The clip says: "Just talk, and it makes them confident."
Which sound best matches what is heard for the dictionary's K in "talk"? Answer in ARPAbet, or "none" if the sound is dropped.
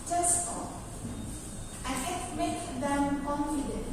none